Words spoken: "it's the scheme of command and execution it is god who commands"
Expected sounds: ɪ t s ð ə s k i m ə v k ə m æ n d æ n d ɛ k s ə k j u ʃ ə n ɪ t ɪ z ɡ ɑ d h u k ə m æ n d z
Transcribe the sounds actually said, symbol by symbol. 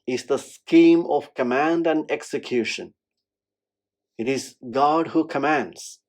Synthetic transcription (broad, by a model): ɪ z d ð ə s k i m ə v k ə m æ n d æ n d ɛ k s ə k j u ʃ ə n ɪ t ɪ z ɡ ɑ d h u k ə m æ n d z